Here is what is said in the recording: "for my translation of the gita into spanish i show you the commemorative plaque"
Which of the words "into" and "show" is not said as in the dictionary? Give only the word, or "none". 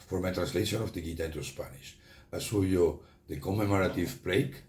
show